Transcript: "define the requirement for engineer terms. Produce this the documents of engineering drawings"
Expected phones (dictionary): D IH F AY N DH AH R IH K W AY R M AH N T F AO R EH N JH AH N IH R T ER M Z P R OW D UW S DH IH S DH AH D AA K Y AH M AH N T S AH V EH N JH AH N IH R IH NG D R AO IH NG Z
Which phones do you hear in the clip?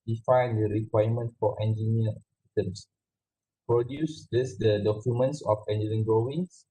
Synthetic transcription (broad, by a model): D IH F AY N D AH R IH K W AY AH M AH N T F AO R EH N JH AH N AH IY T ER M S P R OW D UW S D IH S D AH D AA K Y AH M AH N T S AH F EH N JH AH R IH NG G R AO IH NG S